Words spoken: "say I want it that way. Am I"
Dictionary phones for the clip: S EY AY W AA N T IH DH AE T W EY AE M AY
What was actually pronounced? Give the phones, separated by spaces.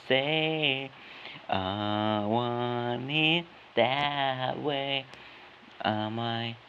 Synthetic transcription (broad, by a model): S EY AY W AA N IH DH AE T W EY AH M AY